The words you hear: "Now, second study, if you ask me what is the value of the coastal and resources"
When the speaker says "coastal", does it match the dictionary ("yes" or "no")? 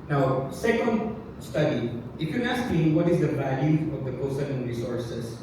no